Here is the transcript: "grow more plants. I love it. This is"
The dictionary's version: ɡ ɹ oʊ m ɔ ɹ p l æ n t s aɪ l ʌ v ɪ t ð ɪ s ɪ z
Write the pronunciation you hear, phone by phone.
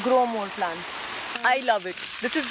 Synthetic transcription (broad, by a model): ɡ ɹ oʊ m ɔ l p l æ n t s aɪ l ʌ v ɪ t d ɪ s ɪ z